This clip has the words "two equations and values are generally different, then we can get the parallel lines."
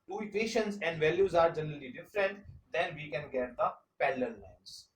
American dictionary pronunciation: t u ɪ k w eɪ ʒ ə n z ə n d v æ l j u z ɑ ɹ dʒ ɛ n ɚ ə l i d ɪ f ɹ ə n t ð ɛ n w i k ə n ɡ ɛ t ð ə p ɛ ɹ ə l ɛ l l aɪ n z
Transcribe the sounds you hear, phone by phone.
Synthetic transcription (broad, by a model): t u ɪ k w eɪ ʃ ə n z ə n d v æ l j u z ɑ ɹ dʒ ɛ n ɚ ə l i d ɪ f ɹ ə n t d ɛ n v i k ə n ɡ ɛ t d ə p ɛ l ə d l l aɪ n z